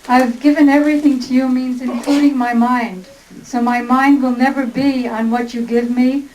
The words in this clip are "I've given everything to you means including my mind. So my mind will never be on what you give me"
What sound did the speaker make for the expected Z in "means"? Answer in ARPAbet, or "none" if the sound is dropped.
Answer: Z